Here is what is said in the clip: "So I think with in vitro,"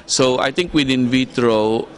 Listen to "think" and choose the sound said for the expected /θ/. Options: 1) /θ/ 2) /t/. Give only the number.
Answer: 2